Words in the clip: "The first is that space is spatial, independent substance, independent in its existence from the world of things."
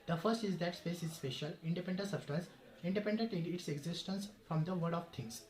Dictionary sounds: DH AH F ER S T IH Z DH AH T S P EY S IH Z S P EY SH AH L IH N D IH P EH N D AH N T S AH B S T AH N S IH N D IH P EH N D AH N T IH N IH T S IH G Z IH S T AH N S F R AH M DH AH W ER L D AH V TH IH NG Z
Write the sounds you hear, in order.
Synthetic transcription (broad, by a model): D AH F ER S T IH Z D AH T S P EY S IH Z S P EY SH AH L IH N D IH P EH N D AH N S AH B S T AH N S IH N D IH P EH N D AH N T IH N IH T S IH G Z IH S T AH N S F R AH M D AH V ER D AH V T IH NG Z